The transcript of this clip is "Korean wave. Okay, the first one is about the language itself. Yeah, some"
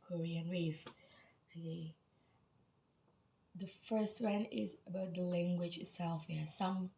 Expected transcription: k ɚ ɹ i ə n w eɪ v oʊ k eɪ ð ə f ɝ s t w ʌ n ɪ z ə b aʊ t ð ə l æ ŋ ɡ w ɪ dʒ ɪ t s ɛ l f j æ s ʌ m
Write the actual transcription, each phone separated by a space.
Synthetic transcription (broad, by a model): k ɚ ɹ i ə n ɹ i f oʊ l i ð ə f ɝ s t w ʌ n ɪ z ə b aʊ t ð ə l æ ŋ ɡ w ɪ dʒ ɪ t s ɛ l f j s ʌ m